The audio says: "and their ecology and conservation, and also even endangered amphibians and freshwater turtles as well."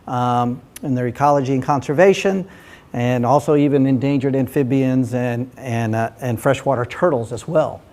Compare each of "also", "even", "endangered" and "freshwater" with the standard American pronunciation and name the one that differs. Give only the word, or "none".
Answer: none